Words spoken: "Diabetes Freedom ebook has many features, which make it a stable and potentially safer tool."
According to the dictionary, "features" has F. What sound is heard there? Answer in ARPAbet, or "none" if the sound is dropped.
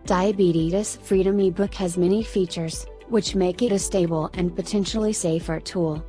F